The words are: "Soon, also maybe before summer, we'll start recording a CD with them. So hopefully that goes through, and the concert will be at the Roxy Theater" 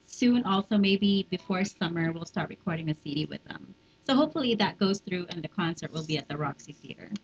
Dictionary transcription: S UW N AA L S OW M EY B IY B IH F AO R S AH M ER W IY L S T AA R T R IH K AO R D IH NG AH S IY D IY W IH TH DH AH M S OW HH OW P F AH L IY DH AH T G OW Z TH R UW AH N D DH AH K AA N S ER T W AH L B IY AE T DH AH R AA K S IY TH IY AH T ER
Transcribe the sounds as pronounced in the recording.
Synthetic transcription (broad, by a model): S UW N AA L S OW M EY B IY B IH F AO R S AH M ER W IY L S T AA R T R IH K AO R D IH NG AH S IY D IY W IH DH AH M S OW HH OW P F L IY DH AH T G OW Z TH R UW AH N DH AH K AA N S ER T W AH L B IY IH T DH AH R AA K S IY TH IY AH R